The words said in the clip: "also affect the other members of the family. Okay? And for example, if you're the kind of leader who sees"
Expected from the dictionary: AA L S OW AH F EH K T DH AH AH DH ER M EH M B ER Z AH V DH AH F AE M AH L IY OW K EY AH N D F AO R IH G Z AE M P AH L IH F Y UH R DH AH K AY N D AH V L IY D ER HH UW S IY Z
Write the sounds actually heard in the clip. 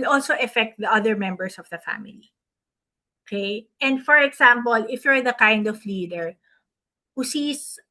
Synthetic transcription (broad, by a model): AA L S OW AH F EH K T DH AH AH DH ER M EH M B ER S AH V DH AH F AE M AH L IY OW K EY AH N D F AO R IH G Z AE M P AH L IH F Y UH R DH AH K AY N D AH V L IY D ER HH UW S IY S